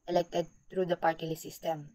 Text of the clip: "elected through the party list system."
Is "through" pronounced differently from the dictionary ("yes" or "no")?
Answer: yes